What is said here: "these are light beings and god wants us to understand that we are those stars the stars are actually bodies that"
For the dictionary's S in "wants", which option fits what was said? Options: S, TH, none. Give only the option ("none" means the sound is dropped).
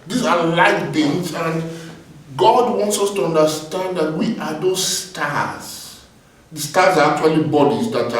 S